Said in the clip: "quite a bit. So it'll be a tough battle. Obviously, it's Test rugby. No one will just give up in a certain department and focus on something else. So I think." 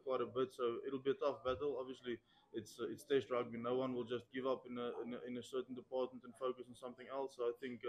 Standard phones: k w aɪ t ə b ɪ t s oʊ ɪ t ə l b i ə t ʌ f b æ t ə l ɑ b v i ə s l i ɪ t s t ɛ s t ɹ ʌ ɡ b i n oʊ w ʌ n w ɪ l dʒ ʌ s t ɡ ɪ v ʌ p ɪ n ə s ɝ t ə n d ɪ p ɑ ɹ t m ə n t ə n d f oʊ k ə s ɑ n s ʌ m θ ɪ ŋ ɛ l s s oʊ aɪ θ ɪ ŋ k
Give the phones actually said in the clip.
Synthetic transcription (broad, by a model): k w aɪ t ə b ɪ t s oʊ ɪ t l b i ə t ʌ f b æ t ə l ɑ b v i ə s l i ɪ t s t ɛ s t ɹ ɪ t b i n oʊ w ʌ n w ɪ l dʒ ʌ s t ɡ ɪ v ʌ p ɪ n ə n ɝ s ə n d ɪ p ɑ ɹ t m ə n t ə n f oʊ k ə s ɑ n s ʌ m θ ɪ ŋ ɛ l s s oʊ aɪ θ ɪ ŋ k